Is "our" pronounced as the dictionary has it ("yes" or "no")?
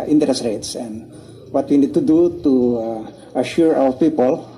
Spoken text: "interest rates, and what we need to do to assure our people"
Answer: no